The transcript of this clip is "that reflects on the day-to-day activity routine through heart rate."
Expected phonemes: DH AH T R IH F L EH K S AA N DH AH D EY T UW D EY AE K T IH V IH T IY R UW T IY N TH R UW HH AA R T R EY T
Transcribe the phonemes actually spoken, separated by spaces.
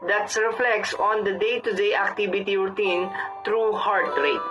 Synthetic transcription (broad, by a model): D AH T R IH F L EH K S AA N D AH D EY T UW D EY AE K T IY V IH T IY R T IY N T R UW HH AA R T R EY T